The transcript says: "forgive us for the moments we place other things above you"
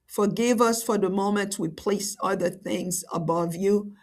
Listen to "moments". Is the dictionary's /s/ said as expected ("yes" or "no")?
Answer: no